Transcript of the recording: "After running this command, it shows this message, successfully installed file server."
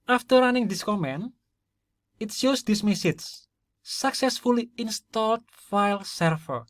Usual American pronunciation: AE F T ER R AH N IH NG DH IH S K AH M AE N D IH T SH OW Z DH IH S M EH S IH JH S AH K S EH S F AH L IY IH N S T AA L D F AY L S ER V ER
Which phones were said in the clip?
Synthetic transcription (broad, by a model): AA F T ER R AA N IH NG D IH S K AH M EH N IH T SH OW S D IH S M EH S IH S S AH K S EH S F AH L IY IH N S T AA L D F AY L S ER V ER